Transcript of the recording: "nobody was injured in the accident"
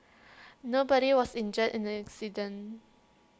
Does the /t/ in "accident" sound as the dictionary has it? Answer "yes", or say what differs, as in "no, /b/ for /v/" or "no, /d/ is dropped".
no, /t/ is dropped